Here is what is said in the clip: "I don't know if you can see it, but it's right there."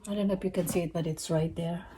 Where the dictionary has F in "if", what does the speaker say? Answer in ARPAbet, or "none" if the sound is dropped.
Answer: P